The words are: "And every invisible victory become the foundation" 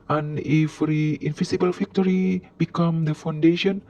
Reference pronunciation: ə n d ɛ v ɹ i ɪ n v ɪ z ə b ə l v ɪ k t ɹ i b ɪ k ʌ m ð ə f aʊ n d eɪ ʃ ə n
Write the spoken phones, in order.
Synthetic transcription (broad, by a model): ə n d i f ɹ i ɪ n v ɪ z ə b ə l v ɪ k t ɹ i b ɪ k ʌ m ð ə f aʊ n d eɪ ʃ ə n